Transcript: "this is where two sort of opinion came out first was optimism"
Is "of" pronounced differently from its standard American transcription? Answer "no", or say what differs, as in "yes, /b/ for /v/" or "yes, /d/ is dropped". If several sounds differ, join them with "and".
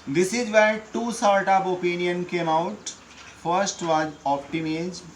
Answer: yes, /p/ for /v/